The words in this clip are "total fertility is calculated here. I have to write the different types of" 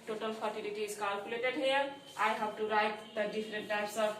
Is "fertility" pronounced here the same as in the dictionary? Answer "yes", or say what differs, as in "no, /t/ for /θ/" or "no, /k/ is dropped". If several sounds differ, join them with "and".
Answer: no, /p/ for /f/